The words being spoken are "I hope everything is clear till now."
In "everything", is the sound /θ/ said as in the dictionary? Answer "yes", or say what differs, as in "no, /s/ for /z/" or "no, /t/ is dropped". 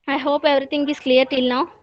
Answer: no, /t/ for /θ/